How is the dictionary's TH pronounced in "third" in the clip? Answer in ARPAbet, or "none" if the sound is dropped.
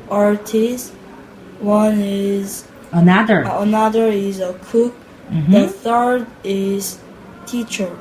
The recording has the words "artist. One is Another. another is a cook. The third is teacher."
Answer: TH